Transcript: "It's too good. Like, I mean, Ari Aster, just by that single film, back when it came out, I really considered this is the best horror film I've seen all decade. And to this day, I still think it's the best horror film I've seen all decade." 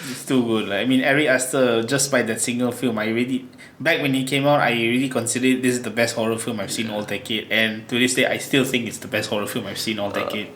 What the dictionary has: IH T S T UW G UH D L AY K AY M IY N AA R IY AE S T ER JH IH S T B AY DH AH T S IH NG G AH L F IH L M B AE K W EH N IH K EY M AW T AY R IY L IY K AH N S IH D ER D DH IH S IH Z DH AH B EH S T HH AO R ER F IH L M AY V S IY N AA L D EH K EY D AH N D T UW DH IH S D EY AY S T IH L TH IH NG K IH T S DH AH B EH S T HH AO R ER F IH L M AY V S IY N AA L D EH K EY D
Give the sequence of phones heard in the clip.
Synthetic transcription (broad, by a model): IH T S T UW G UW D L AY AY M IY N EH R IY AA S T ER JH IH S B AY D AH T S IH NG G AH L F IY L M B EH K W EH N IH K EY M AW T AY R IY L IY K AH N S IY D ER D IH S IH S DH AH B EH S T HH AO R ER F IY L M AY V S IY N AA L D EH K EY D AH N T UW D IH S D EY AY S T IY L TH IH NG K IH T S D AH B EH S T HH AO R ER F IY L M AY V S IY N AA L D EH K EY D